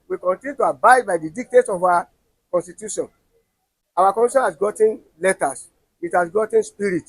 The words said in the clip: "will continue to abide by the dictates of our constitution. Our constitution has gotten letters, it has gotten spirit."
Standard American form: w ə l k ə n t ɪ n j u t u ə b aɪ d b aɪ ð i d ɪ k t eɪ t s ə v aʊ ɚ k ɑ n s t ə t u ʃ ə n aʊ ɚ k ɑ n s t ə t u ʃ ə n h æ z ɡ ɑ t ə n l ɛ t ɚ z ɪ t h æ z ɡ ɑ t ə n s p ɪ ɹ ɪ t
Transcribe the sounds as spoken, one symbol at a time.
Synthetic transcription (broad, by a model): w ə k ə n t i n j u t u ə b aɪ d b aɪ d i d ɪ k t eɪ t s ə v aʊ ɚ k ɑ n s t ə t u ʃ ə n aʊ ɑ k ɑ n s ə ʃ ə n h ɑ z ɡ ɑ t ə n l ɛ t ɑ s ɪ t h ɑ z ɡ ɑ t ə n s p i ɹ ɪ t